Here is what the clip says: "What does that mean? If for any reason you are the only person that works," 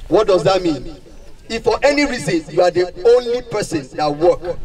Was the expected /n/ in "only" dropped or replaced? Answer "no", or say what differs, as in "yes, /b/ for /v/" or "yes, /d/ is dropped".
no